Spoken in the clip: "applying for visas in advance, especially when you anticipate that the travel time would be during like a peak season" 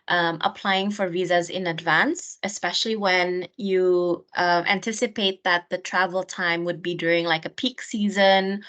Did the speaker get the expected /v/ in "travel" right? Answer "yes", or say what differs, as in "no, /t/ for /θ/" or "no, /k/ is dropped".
yes